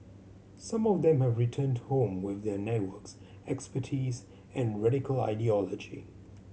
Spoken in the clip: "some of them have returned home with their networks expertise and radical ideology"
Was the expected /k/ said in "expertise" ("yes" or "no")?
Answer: yes